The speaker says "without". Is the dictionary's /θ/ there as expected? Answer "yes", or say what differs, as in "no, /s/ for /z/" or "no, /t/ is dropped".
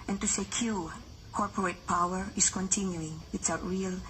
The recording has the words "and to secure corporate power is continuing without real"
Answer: no, /s/ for /θ/